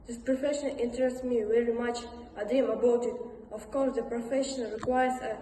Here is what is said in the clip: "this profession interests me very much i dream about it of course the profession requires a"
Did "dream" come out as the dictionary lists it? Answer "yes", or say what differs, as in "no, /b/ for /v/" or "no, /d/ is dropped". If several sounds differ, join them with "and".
no, /ɹ/ is dropped